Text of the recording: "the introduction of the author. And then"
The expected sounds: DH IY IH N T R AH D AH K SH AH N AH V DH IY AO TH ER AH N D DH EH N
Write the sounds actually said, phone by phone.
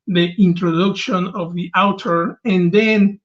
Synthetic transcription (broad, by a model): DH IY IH N T R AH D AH K SH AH N AH V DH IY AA T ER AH N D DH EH N